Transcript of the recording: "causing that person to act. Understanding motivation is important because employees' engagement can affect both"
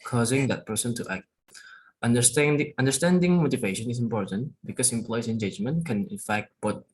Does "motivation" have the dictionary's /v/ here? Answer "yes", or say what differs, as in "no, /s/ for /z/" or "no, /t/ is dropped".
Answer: yes